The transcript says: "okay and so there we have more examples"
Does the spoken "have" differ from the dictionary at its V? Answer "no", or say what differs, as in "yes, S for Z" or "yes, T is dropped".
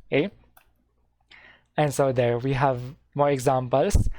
no